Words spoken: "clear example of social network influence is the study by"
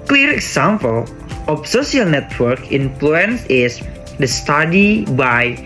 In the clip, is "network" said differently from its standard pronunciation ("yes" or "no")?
no